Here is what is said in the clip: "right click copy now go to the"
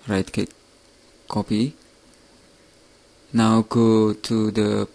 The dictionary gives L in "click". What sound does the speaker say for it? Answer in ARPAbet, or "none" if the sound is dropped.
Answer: none